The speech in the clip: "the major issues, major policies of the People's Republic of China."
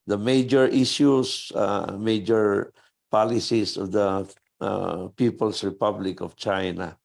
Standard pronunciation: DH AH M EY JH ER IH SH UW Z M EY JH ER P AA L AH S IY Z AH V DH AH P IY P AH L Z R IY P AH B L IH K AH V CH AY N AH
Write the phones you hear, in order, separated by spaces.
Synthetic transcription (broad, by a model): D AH M EY JH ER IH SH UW S M EY JH ER P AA L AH S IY S AH V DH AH P IY P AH L S R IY P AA B L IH K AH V CH AY N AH